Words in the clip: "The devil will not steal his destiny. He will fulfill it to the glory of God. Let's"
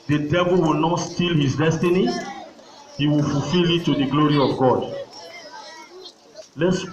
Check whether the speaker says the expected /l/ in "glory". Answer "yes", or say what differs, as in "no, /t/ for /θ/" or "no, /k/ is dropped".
yes